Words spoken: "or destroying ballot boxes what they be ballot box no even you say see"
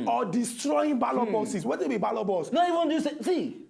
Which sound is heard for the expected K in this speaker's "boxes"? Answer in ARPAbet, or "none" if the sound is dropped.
none